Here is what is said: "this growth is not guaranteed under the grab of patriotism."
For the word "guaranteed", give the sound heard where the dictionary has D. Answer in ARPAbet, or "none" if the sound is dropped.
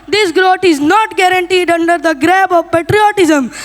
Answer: D